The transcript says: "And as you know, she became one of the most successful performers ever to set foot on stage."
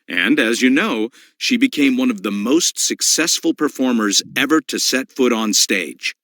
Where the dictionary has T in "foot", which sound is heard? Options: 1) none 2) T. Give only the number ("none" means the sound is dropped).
2